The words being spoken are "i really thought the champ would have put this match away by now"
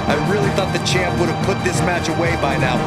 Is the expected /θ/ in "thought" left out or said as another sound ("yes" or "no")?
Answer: no